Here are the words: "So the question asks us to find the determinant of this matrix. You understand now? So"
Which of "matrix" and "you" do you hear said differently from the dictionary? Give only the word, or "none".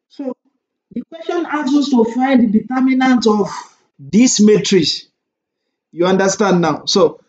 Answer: matrix